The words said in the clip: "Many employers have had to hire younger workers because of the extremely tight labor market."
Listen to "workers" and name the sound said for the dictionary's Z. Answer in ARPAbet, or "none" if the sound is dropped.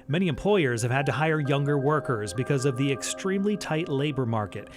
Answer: Z